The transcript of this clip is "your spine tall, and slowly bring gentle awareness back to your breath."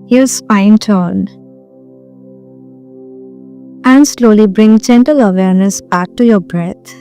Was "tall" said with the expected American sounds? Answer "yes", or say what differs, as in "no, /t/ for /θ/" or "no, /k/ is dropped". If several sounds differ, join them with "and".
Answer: no, /n/ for /l/